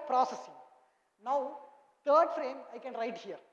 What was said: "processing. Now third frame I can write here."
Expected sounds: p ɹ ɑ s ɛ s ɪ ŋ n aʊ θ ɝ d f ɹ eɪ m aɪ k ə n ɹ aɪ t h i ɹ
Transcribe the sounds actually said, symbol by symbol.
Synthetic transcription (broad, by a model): p ɹ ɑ s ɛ s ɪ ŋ n aʊ t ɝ d f ɹ eɪ m aɪ k ə n ɹ aɪ t h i ɹ